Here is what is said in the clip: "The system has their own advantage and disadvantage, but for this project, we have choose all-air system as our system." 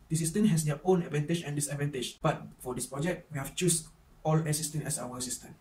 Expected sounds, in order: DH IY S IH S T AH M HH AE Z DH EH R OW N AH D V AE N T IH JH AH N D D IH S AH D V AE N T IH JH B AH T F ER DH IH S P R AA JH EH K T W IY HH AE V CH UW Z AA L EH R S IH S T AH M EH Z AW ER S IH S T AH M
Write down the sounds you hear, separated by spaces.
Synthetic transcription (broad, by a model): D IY S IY S T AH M HH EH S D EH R OW N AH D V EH N T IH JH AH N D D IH S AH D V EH N T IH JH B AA T F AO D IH S P R AA JH EH K T W IY HH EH F CH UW S AA L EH S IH S T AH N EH S AW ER S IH S T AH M